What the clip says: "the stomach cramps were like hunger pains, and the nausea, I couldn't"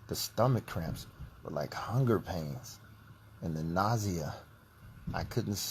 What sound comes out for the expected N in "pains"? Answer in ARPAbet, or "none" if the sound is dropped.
N